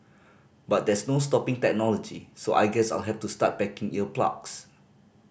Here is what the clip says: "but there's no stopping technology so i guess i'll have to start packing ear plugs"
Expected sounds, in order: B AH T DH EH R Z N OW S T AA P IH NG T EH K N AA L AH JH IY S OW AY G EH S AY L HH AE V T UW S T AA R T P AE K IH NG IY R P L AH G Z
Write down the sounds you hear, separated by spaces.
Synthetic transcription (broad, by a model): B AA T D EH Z N OW S T AA P IH NG T EH K N AA L AH JH IY S OW AY G EH S AY L HH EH F T UW S T AA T B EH K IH NG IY L P L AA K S